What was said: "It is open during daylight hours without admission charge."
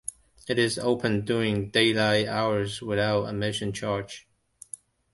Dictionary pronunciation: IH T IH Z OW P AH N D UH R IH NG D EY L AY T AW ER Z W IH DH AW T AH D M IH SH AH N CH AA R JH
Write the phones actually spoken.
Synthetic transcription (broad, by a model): IH T IH Z OW P AH N D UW IH NG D EY L AY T AW ER Z W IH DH AW T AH M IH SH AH N CH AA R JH